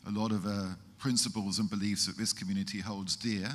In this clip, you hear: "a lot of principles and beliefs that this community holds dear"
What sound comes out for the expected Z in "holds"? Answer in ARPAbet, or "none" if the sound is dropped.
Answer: Z